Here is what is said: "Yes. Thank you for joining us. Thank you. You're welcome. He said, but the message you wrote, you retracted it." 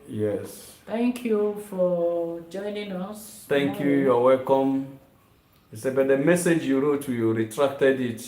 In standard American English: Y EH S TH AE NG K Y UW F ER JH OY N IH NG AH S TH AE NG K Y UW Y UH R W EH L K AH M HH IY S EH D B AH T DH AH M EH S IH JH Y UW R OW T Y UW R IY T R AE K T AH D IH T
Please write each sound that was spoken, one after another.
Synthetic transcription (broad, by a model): Y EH S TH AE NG K Y UW F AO JH OY N IH NG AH S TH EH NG K Y UW Y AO W EH L K AH M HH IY S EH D B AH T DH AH M EH S IH JH Y UW R OW T Y UW R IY T R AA K T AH D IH T